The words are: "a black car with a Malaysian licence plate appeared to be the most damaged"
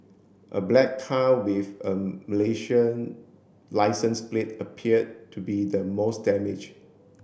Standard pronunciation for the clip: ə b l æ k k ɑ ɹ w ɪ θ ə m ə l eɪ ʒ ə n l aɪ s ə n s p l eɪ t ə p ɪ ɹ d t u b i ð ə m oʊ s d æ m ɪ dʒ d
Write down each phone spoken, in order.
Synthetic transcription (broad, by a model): ə b l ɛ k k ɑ l w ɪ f ə m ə l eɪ ʃ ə n l aɪ s ə n s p l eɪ t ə p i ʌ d t u b i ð ə m oʊ s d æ m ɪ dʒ